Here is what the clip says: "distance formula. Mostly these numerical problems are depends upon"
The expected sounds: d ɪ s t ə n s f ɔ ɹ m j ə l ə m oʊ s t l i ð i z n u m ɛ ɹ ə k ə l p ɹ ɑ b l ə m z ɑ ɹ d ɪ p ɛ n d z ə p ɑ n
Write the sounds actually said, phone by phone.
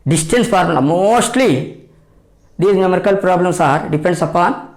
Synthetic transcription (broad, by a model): d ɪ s t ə n s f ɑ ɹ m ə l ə m oʊ s t l i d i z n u m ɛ ɹ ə k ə l p ɹ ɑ b l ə m s ɑ ɹ d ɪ p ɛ n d s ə p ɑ n